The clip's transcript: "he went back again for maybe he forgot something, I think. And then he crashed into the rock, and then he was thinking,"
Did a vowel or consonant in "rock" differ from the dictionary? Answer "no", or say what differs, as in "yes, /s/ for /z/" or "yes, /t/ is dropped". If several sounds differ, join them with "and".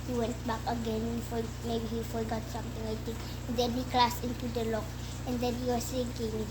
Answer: yes, /l/ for /ɹ/